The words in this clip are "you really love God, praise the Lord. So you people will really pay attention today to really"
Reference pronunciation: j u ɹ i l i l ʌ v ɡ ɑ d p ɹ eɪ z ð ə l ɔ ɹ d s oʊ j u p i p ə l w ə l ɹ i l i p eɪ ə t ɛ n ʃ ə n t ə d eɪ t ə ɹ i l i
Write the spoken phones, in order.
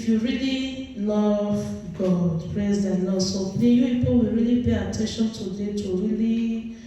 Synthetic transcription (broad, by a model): j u ɹ i l i l ʌ v ɡ ɑ d p ɹ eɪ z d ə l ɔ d s oʊ j u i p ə w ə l ɹ i l i p eɪ ə t ɛ n ʃ ə n t ə d eɪ t ə ɹ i l i